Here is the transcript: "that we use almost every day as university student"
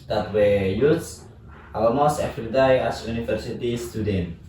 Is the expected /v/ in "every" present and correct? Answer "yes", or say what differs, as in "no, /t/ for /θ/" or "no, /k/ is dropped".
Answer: no, /f/ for /v/